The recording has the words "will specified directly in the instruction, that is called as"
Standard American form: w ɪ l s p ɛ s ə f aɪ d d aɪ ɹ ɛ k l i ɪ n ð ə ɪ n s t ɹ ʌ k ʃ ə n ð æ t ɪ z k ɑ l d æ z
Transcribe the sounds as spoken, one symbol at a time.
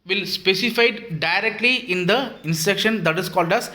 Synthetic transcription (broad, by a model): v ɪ l s p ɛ s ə f aɪ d d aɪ ɹ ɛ k l i ɪ n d ə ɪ n s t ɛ k ʃ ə n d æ t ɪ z k ɑ l d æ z